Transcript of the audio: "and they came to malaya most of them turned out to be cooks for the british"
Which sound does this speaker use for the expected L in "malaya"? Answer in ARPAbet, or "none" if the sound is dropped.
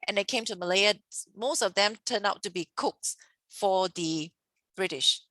L